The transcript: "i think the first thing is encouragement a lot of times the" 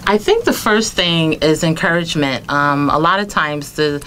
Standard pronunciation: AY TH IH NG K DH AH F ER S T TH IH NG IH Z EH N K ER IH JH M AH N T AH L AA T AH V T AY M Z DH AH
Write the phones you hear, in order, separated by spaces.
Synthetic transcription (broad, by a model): AY TH IH NG K DH AH F ER S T TH IH NG IH Z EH N K ER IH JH M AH N T AH L AA T AH V T AY M Z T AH